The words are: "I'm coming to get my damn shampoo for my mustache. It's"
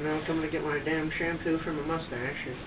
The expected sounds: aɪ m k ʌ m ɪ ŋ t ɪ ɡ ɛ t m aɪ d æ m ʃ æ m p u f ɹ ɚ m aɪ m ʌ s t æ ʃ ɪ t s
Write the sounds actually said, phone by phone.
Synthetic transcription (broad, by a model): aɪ k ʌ m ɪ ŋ t ɪ ɡ ɛ t m aɪ d æ m ʃ æ m p u f ɹ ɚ m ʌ m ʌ s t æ ɪ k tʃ